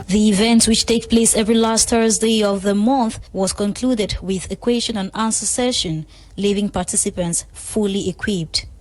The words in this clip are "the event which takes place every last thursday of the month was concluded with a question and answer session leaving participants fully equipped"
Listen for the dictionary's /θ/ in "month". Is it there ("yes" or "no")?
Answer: yes